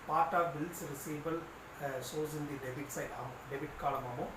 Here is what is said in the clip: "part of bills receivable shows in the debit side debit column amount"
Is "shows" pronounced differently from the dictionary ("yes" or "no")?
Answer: yes